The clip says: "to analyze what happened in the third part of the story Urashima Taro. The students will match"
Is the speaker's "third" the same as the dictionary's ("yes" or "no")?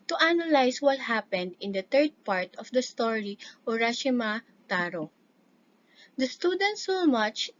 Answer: no